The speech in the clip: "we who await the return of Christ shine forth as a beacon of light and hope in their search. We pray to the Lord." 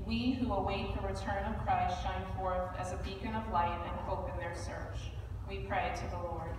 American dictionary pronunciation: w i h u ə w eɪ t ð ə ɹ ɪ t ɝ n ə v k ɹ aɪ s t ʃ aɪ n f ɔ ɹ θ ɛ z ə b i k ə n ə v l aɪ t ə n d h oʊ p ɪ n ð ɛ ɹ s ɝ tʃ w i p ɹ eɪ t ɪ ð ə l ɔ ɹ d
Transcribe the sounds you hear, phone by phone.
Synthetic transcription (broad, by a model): w i h u ə w eɪ t ð ə ɹ ɪ t ɝ n ə v k ɹ aɪ s t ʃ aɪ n f ɔ ɹ θ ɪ z ə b i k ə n ə v l aɪ t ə n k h oʊ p ɪ n ð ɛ ɹ s ɝ tʃ w i p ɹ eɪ t ɪ ð ə l ɔ ɹ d